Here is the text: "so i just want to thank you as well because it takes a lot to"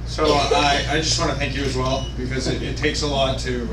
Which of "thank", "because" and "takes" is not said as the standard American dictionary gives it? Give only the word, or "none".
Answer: none